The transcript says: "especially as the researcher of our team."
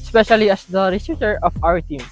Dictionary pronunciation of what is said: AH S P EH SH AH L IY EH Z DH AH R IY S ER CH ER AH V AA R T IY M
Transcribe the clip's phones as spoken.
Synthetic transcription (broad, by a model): S P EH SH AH L IY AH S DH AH R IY S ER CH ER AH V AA W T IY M